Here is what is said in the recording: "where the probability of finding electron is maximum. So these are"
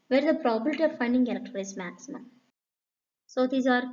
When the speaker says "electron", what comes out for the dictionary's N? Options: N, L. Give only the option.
L